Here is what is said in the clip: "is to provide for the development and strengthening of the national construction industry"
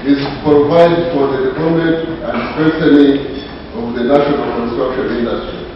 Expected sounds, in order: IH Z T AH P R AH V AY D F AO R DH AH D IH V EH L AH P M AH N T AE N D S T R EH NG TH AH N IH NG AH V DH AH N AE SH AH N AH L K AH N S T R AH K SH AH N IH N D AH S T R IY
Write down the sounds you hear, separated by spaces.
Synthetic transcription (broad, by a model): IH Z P R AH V AY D F AO R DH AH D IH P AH M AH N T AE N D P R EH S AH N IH AH V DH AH N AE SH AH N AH L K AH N S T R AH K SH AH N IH N D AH S T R IY